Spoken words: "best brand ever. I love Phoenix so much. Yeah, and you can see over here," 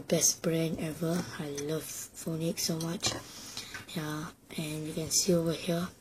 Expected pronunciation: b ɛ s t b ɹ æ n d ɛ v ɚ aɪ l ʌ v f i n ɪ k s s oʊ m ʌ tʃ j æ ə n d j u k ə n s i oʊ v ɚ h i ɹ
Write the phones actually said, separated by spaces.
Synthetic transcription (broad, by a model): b ɛ s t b ɹ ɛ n ɛ v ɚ aɪ l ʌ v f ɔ n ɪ k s s oʊ m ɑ tʃ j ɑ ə n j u k ə n s i oʊ v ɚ h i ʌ